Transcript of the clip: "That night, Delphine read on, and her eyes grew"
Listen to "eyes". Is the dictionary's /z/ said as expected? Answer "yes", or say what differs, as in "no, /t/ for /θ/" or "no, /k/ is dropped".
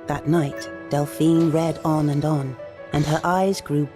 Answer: yes